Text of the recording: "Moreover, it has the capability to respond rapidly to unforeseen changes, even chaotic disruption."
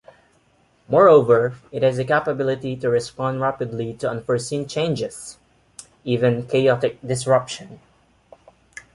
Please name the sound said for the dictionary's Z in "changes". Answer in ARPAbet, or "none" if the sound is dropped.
S